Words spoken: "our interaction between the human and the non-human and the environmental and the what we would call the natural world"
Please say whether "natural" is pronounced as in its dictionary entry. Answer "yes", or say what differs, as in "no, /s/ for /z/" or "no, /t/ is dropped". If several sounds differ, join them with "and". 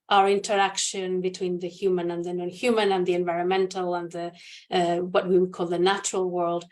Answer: yes